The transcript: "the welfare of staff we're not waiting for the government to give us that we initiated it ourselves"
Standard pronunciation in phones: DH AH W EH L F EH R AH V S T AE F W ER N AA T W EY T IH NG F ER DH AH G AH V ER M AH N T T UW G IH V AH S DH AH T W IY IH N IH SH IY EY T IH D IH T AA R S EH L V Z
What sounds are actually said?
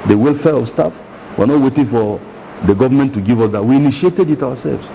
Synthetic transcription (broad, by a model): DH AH W EH L F EH R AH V S T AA F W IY N AA T W EY T IH NG F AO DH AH G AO V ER M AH N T T UW G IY V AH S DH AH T W IY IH N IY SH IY EY T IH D IH T AA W S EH L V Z